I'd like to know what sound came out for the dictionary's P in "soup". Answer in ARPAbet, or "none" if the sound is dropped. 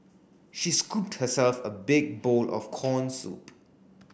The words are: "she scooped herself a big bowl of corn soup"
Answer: P